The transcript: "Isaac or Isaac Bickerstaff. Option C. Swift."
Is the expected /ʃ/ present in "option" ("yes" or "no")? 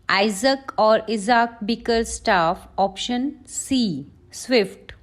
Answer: yes